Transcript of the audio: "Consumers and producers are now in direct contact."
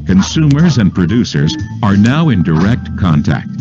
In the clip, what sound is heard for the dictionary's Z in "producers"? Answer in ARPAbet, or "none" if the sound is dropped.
Z